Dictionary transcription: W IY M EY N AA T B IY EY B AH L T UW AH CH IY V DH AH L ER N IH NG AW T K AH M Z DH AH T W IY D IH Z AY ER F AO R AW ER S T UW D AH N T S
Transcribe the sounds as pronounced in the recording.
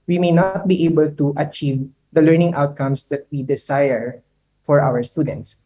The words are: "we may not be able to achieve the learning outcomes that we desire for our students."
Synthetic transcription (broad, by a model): W IY M EY N AA T B IY EY B AH L T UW AH CH IY V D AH L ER N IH NG AW T K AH M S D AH T W IY D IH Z AY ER F AO R AW ER S T UW D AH N T S